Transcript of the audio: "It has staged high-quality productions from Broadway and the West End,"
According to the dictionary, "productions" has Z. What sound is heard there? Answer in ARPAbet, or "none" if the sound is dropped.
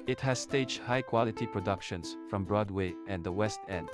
S